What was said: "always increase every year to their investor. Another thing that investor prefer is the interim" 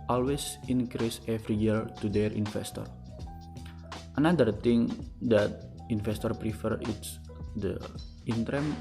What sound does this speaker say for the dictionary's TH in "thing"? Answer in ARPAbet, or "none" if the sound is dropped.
T